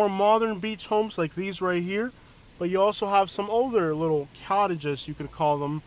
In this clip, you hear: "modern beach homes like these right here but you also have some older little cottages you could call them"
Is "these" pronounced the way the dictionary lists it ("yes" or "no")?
yes